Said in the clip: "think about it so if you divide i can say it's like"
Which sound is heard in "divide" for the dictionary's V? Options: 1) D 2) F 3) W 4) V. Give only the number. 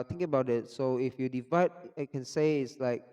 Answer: 4